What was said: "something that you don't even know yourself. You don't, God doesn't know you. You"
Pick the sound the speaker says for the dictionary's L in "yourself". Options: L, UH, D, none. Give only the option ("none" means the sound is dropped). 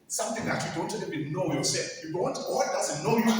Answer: none